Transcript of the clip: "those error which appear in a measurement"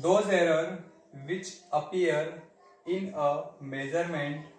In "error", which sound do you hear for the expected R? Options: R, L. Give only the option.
R